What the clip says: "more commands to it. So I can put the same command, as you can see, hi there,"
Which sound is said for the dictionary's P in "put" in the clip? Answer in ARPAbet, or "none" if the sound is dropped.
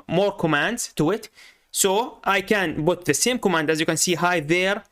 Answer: B